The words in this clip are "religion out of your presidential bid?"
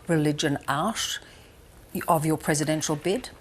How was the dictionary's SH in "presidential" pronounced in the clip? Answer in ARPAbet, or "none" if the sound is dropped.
SH